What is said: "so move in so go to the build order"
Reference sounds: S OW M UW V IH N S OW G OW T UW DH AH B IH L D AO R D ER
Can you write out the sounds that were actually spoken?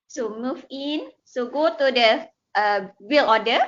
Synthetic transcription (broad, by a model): S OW M UW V IH N S OW G OW T UW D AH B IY L AO D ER